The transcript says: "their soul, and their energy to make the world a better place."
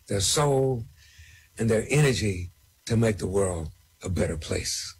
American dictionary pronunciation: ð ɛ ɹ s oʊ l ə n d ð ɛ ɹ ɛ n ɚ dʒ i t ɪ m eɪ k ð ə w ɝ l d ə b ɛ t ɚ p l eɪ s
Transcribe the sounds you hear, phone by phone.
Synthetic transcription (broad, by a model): ð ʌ ɹ s oʊ l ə n ð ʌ ɹ ɛ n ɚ dʒ i t ɪ m eɪ k ð ə w ɝ l d ə b ɛ t ɚ p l eɪ s